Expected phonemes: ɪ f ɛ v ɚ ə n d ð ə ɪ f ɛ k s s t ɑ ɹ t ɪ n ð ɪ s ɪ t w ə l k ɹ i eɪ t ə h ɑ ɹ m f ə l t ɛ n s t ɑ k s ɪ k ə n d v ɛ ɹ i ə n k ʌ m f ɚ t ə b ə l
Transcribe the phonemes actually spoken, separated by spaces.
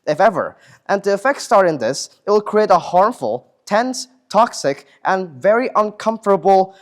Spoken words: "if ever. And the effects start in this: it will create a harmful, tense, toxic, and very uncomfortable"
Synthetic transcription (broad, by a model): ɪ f ɛ v ɚ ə n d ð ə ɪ f ɛ k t s t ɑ ɹ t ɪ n ð ɪ s ɪ t w ə l k ɹ i eɪ t ə h ɑ ɹ m f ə l t ɛ n s t ɑ k s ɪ k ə n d v ɛ ɹ i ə n k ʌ m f ɚ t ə b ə l